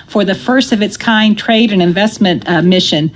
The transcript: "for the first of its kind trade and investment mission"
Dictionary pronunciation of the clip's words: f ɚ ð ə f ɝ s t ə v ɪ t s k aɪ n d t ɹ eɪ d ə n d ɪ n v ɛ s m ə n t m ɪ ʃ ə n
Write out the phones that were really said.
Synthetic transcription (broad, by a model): f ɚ ð ə f ɝ s t ə v ɪ t s k aɪ n t ɹ eɪ d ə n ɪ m v ɛ s m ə n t m ɪ ʃ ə n